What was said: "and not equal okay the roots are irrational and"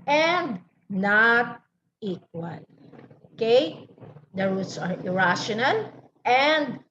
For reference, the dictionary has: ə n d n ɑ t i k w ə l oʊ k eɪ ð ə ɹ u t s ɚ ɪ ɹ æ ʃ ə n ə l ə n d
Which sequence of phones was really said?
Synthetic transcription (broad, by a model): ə n d n ɑ t i k w ə l oʊ k eɪ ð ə ɹ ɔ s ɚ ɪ ɹ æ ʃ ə n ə n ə n d